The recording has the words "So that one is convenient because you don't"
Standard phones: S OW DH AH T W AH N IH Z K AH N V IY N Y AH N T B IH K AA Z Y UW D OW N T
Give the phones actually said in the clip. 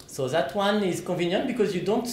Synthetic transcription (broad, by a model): S OW DH AH T W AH N IH Z K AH V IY N Y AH N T B IH K AA Z Y UW D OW N T